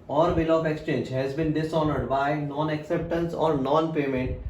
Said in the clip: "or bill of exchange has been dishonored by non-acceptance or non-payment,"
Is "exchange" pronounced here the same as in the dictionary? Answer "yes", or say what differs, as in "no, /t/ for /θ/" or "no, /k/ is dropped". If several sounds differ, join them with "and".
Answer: yes